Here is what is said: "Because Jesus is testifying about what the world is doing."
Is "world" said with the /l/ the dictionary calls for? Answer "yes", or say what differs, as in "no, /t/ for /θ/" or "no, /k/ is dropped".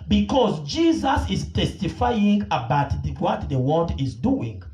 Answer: no, /n/ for /l/